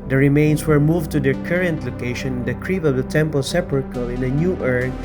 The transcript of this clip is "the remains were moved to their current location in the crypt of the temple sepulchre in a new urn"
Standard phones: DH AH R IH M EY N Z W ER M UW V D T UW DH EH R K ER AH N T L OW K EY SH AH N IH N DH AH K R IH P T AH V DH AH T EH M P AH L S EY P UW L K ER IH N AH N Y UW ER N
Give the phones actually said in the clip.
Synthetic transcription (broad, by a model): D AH R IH M EY N S W ER M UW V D T UW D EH R K ER AH N T L OW K EY SH AH N IH N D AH K R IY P AH V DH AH T EH M P AH L S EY P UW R K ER IH N AH N Y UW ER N